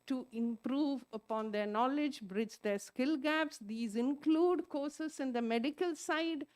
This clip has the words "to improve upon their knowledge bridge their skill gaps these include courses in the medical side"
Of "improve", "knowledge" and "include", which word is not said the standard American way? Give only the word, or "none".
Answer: none